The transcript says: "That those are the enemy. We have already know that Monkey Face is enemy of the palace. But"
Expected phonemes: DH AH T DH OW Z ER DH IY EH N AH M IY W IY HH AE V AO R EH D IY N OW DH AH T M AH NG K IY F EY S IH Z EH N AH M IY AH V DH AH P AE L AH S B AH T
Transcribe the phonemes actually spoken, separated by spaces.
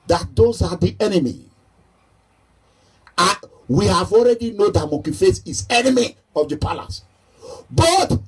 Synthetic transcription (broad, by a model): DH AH T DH OW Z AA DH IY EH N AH M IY W IY HH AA V AO R EH D IY N OW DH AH T M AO K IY F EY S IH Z EH N AH M IY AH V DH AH P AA L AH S B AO T